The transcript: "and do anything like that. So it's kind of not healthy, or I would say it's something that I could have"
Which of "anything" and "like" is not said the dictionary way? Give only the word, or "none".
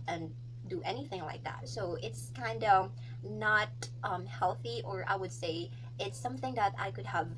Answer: none